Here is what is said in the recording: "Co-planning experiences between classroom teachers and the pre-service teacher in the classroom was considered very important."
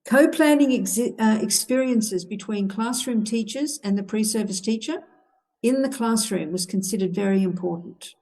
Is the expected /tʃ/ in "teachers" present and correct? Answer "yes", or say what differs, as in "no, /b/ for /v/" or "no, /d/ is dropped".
yes